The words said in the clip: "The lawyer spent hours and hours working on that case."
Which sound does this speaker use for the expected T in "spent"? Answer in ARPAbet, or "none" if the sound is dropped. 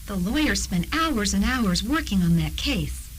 T